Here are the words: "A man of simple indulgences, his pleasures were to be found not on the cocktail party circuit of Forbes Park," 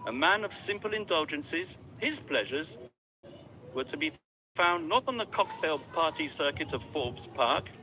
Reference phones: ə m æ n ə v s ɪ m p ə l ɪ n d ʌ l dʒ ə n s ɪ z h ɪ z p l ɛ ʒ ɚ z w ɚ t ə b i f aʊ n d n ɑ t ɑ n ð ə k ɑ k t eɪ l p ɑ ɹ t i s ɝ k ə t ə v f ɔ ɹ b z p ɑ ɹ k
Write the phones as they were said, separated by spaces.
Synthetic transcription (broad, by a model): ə m æ n ə v s ɪ m p ə l ɪ n d ʌ l dʒ ə n s ɪ z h ɪ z p l ɛ ʒ ɚ z w ɚ t ə b i f aʊ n n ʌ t n ð ə k ɑ k t eɪ l p ɑ ɹ t i s ɝ k ə t ə v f ɔ ɹ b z p ɑ ɹ k